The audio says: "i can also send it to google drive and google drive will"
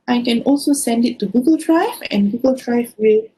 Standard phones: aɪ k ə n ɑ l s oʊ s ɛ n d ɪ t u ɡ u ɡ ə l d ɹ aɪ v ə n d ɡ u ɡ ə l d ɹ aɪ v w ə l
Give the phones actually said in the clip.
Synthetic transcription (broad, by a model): aɪ k ə n ɑ l s oʊ s ɛ n d ɪ t u ɡ u ɡ ə l d ɹ aɪ v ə n ɡ u ɡ ə l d ɹ aɪ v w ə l